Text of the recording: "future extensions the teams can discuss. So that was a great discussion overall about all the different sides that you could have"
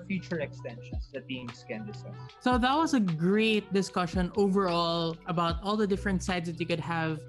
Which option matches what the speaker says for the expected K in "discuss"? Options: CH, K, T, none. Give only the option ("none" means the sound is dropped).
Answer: none